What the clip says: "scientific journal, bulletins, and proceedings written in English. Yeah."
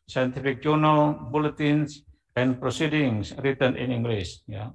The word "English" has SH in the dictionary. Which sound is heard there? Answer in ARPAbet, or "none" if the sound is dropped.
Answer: S